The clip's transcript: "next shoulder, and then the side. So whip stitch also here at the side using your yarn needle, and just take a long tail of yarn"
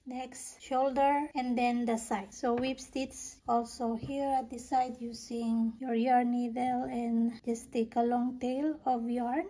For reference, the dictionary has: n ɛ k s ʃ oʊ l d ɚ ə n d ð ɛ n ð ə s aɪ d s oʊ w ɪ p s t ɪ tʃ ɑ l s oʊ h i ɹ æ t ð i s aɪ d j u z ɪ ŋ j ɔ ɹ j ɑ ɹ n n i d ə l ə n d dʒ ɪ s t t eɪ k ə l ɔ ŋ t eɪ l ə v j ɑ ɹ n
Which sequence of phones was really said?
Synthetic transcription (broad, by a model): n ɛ k s ʃ oʊ l d ɚ ə n d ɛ n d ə s aɪ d s oʊ w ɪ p s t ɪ s ɑ l s oʊ h i ɹ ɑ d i s aɪ d j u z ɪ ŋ j ɔ ɹ j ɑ ɹ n n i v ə l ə n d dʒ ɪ s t t eɪ k ə l ɔ ŋ t eɪ l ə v j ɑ ɹ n